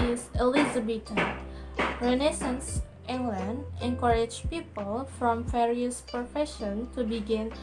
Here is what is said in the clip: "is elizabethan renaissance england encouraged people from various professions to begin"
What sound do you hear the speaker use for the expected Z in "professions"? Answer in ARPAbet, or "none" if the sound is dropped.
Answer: none